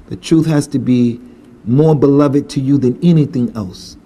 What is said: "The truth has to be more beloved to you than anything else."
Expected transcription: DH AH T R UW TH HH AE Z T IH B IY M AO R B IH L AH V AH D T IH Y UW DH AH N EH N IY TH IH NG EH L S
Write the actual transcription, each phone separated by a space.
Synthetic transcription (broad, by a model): DH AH T R UW TH HH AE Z T IH B IY M AO R B IH L AH V AH D T IH Y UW DH AH N EH N IY TH IH NG EH L S